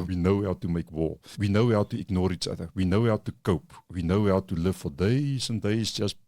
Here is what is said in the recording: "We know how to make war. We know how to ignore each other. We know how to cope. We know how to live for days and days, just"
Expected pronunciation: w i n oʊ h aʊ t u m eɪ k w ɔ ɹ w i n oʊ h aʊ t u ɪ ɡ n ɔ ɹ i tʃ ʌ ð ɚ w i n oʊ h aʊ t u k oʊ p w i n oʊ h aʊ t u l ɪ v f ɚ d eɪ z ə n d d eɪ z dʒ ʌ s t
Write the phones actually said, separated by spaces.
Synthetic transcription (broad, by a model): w i n oʊ h aʊ t u m eɪ k w ɔ w i n oʊ h aʊ t u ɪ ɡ n ɔ ɹ i tʃ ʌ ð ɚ w i n oʊ h aʊ t u k oʊ p w i n oʊ h aʊ t u l ɪ v f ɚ d eɪ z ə n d d eɪ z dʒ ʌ s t